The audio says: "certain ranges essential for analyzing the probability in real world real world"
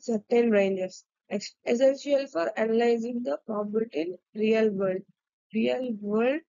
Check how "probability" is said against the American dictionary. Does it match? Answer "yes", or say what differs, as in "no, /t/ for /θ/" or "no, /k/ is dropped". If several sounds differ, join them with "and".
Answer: no, /ɹ/ is dropped